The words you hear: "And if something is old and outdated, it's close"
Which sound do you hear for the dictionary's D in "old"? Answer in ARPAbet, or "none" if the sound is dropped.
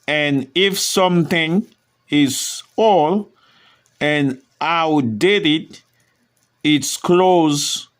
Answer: none